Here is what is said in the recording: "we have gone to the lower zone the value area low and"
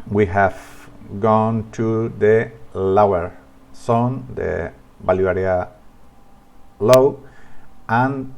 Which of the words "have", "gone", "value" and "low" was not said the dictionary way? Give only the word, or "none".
value